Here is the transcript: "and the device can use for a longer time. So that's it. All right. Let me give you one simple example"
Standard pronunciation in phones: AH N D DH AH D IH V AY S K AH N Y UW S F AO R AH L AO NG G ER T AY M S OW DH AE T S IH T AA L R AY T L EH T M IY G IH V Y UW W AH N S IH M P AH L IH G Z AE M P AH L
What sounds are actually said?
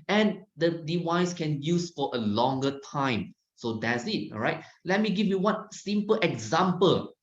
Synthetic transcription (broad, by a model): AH N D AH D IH W AY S K AH N Y UW S F AO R AH L AO NG G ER T AY M S OW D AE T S IH T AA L R AY T L EH T M IY G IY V Y UW W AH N S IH M P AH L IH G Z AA M P AH L